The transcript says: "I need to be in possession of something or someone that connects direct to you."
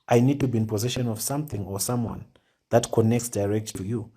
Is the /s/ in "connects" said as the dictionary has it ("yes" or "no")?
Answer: yes